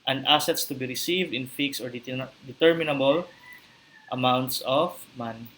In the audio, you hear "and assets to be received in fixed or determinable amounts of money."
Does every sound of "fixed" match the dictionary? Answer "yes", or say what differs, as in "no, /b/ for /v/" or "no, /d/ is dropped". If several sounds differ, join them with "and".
no, /t/ is dropped